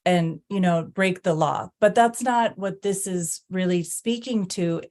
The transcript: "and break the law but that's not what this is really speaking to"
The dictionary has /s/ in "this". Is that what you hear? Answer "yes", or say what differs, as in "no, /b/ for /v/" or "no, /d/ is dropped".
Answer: yes